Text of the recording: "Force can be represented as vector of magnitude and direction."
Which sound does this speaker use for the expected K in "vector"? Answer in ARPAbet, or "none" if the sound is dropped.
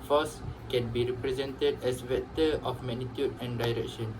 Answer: none